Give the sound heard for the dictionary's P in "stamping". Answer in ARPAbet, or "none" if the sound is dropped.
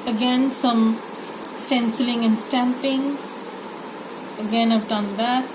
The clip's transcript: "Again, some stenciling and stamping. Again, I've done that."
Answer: P